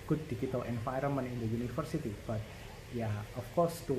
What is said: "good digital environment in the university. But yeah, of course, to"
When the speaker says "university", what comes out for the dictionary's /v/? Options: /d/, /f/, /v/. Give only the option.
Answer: /f/